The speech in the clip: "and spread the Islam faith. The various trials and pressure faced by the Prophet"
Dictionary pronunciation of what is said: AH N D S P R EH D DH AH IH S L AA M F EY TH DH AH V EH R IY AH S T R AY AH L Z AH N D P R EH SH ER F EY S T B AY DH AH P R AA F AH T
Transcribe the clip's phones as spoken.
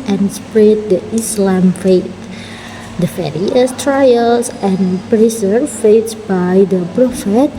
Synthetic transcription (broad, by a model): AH N S P R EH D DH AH IH S L AA M F EY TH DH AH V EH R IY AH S T R AY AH L S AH N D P R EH S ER F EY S B AY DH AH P R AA F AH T